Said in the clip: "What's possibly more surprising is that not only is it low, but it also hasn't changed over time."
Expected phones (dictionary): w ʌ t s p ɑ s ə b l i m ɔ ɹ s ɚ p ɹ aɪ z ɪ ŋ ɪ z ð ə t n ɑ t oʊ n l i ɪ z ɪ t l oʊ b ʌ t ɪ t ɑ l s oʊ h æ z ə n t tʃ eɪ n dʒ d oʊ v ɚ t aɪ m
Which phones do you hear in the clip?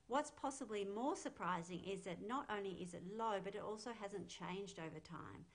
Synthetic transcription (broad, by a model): w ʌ t s p ɑ s ə b l i m ɔ ɹ s ɚ p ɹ aɪ z ɪ ŋ ɪ z ð ə t n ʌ t oʊ n l i ɪ z ɪ t l oʊ b ʌ t ɪ t ɑ l s oʊ h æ z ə n tʃ eɪ n dʒ d oʊ v ɚ t aɪ m